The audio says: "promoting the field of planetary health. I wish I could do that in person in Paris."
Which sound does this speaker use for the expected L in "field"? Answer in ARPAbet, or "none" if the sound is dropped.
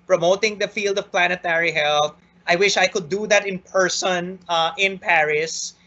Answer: L